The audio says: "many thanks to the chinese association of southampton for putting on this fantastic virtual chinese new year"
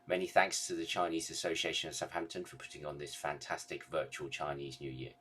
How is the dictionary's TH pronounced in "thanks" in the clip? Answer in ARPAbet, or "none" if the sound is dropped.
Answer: TH